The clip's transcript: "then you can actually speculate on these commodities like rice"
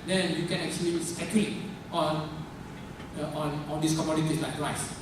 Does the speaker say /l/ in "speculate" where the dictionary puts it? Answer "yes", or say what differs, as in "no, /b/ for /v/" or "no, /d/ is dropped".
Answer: no, /n/ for /l/